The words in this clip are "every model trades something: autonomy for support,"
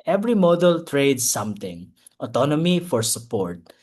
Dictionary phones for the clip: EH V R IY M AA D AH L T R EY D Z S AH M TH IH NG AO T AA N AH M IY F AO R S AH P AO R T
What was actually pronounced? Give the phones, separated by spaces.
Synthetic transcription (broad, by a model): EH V R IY M AA D AH L T R EY D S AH M T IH NG AO T AA N AH M IY F AO R S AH P AO R T